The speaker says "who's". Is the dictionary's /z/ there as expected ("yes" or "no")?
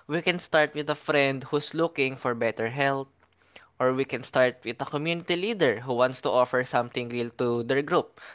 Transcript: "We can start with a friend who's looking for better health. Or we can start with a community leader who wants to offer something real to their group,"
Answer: no